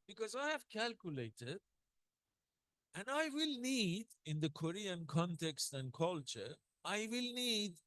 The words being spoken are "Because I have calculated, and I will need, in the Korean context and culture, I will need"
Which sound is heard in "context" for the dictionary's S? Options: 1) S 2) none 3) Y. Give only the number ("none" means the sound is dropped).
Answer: 1